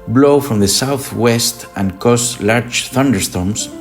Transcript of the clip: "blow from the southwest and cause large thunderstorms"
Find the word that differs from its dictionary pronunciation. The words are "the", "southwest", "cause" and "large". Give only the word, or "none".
cause